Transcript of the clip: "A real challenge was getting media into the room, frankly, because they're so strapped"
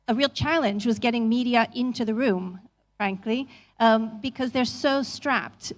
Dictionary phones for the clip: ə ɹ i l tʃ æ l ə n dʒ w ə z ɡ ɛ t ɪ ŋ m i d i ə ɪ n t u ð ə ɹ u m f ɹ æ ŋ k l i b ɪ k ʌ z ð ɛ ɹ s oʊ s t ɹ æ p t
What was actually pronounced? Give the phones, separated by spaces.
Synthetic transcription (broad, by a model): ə ɹ i l tʃ æ l ə n dʒ w ə z ɡ ɛ t ɪ ŋ m i d i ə ɪ n t u ð ə ɹ u m f ɹ æ ŋ k l i b ɪ k ʌ z ð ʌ ɹ s oʊ s t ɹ æ p t